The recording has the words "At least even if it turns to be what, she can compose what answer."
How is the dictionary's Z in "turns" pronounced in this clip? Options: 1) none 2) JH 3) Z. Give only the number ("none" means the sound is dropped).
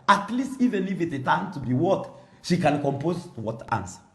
1